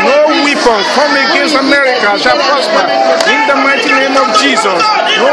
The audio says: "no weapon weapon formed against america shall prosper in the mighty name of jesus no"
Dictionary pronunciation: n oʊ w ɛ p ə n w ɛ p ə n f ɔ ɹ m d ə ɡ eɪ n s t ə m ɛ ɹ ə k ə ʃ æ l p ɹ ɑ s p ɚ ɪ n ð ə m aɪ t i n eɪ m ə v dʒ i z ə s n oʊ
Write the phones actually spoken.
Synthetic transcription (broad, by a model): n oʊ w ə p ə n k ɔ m ə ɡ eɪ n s ə m ɛ ɹ ə k ə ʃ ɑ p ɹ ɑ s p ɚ ɪ n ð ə m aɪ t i n eɪ m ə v dʒ i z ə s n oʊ